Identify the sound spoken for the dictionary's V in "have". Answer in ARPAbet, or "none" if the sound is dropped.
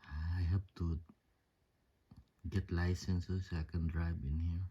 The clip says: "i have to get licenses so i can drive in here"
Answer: P